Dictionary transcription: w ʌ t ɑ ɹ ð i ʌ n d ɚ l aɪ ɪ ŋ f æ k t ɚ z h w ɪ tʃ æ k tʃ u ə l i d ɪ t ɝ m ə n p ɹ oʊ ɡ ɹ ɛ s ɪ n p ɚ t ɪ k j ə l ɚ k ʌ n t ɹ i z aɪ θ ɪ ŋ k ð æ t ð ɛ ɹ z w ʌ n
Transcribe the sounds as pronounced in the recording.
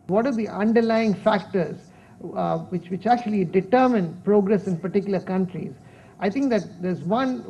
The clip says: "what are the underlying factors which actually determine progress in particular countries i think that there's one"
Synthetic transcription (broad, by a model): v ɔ t ɑ ɹ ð i ʌ n d ɚ l aɪ ɪ ŋ f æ k t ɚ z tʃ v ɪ tʃ æ k tʃ u ə l i d ɪ t ɝ m ə n p ɹ oʊ ɡ ɹ ɛ s ɪ n p ɚ t ɪ k j ə l ɚ k ʌ n t ɹ i z aɪ t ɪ ŋ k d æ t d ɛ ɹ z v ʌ n